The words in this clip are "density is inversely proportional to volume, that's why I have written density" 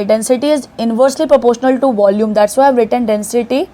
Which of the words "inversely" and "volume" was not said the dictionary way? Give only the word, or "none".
none